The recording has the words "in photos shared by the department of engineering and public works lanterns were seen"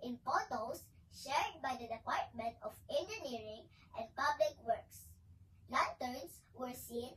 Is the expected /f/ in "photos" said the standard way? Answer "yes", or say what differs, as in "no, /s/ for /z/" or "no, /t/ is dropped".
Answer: no, /p/ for /f/